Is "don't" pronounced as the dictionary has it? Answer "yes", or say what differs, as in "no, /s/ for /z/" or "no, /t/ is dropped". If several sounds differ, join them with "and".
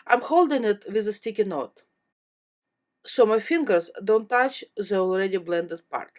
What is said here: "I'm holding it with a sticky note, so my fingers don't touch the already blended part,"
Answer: yes